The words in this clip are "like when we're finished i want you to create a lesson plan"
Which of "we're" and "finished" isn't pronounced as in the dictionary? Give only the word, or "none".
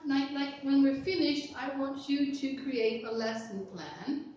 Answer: none